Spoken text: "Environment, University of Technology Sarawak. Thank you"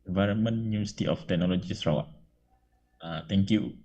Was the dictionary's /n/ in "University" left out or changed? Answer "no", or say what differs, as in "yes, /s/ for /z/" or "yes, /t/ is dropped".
yes, /n/ is dropped